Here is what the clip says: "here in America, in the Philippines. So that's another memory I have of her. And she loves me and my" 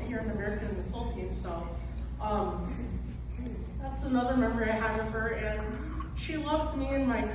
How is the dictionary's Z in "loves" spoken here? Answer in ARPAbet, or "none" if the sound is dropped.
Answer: Z